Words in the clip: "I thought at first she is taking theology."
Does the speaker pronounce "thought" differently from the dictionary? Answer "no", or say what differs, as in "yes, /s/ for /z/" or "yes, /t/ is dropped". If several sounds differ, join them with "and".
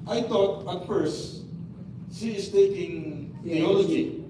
yes, /t/ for /θ/